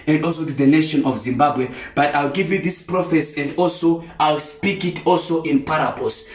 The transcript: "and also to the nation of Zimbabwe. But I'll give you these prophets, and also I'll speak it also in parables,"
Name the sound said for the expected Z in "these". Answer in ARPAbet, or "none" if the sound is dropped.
S